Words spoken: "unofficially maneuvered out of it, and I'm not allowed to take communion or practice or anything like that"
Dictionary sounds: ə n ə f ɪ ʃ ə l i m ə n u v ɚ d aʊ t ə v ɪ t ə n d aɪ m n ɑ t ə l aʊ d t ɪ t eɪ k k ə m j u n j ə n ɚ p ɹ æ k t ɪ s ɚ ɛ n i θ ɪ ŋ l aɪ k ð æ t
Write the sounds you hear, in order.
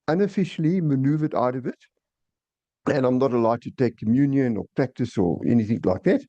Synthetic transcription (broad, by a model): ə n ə f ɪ ʃ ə l i m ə n u v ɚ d aʊ t ə v ɪ t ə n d aɪ m n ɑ t ə l aʊ d t ɪ t eɪ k k ə m j u n j ə n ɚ p ɹ æ k t ɪ s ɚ ɛ n i θ ɪ ŋ l aɪ k ð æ t